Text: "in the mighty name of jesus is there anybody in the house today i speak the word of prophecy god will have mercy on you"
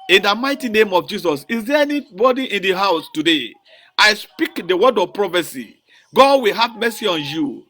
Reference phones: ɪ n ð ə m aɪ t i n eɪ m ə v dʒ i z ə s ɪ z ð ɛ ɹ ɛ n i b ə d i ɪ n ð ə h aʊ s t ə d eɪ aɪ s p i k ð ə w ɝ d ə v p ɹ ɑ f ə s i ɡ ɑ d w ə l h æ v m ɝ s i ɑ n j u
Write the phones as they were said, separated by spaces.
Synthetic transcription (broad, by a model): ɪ n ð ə m aɪ t i n eɪ m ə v dʒ i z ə s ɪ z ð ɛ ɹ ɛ n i b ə d i ɪ n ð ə h aʊ s t ə d eɪ aɪ s p i k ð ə w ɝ d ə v p ɹ ɑ f ə s i ɡ ɑ d w ə l h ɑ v m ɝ s i ɑ n j u